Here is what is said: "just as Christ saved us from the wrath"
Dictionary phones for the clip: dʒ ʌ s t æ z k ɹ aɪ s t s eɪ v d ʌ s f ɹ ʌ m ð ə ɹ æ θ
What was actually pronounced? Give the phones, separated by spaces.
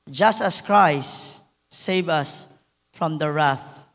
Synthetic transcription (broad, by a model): dʒ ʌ s t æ s k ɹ aɪ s s eɪ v ʌ s f ɹ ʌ m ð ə ɹ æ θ